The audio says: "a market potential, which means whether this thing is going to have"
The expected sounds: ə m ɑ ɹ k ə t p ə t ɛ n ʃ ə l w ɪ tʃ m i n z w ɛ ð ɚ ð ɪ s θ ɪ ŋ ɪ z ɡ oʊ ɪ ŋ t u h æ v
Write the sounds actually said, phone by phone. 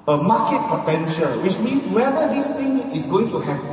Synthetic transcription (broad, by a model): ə m ɑ k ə t p ə t ɛ n ʃ ə l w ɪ tʃ m i n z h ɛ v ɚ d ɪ s t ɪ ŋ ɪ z ɡ oʊ ɪ ŋ t u h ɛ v